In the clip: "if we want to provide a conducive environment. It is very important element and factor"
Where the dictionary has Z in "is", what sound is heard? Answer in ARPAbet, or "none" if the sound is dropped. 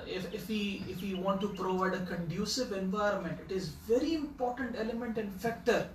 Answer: Z